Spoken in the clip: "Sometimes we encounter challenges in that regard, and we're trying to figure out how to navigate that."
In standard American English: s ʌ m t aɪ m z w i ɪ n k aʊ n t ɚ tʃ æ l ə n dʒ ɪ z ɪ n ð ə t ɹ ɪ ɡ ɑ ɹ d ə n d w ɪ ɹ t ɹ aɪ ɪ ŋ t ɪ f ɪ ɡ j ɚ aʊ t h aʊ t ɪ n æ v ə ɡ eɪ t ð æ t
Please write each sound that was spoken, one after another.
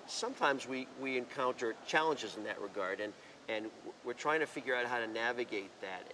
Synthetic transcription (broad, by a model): s ʌ m t aɪ m z w i ɪ n k aʊ n t ɚ tʃ æ l ə n dʒ ɪ z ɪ n ð ə t ɹ ɪ ɡ ɑ ɹ d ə n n w ɪ ɹ t ɹ aɪ ɪ ŋ t ɪ f ɪ ɡ j ɚ aʊ t h aʊ t ɪ n æ v ə ɡ eɪ t ð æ t